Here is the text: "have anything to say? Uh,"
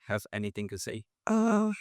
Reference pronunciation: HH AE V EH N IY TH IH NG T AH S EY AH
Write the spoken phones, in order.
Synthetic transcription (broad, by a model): HH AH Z EH N IY TH IH NG T AH S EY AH